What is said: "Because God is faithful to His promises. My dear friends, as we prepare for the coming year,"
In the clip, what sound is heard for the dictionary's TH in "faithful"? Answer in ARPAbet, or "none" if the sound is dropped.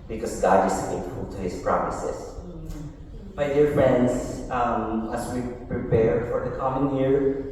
T